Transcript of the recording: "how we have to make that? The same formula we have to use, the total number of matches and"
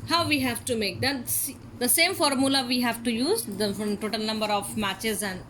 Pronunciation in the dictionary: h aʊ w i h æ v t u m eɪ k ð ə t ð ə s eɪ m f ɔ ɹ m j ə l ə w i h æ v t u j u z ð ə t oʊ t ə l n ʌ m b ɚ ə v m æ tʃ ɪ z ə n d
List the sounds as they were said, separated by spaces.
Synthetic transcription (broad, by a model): h aʊ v i h æ v t u m eɪ k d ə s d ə s eɪ m f ɔ ɹ m j ə l ə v i h æ v t u j u z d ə t oʊ t ə l n ʌ m b ɚ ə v m æ tʃ ɪ z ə n d